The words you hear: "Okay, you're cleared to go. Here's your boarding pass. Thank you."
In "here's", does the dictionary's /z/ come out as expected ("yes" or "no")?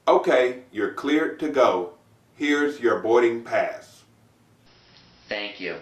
yes